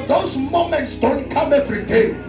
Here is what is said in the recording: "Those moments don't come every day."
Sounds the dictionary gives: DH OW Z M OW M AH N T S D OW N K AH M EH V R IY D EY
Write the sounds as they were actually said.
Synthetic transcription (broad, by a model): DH OW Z M OW M AH N T S D OW N K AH M EH V R IY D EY